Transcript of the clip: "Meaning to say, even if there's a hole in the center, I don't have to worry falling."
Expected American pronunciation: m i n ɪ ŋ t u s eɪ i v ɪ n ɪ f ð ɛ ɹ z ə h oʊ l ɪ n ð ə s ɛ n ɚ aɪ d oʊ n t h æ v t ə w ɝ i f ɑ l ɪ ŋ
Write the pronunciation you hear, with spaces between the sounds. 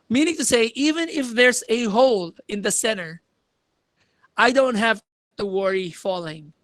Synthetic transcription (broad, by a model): m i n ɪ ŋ t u s eɪ i v ɪ n ɪ f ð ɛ ɹ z ə h oʊ l ɪ n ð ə s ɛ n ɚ aɪ d oʊ n t h æ v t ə w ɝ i f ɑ l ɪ ŋ